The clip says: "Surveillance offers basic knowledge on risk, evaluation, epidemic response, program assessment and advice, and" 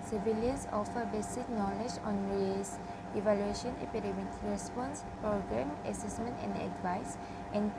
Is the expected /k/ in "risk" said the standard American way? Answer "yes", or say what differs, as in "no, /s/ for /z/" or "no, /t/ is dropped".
no, /k/ is dropped